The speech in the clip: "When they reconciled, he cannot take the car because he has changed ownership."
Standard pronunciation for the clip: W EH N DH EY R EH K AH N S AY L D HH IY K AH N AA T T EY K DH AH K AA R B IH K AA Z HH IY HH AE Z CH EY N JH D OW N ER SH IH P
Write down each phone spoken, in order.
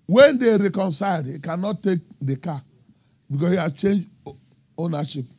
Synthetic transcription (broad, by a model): W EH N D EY R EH K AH N S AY D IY K AH N AA T T EY K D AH K AA B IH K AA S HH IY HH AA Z CH EY N JH OW N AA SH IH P